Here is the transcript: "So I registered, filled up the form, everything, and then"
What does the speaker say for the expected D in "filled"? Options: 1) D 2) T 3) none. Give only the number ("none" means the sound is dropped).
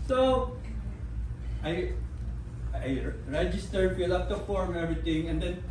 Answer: 3